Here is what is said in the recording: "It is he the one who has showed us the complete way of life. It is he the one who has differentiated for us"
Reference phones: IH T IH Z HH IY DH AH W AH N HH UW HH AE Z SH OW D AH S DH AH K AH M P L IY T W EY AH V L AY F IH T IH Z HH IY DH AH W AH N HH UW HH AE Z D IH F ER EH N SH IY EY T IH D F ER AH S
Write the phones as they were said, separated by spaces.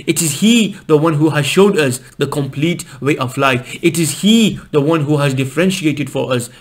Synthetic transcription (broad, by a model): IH T IH Z HH IY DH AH W AH N HH UW HH AE Z SH OW D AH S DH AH K AH M P L IY T W EY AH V L AY F IH T IH Z HH IY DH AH W AH N HH UW HH AE Z D IH F ER EH N SH IY EY T IH D F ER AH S